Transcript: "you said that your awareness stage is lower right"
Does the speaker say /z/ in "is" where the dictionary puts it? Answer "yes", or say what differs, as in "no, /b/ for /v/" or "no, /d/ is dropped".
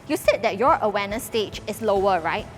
no, /s/ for /z/